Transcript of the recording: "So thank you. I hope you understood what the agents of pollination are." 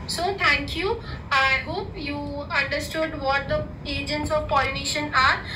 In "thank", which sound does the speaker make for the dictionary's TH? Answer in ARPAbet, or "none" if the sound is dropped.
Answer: T